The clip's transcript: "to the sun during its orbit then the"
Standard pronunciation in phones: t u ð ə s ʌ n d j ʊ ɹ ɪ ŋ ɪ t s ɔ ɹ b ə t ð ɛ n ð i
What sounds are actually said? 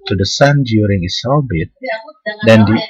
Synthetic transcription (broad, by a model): t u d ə s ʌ n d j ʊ ɹ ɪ ŋ ɪ t s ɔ l b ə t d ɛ n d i